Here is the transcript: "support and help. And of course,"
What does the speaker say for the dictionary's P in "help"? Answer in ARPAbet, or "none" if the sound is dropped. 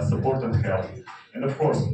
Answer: none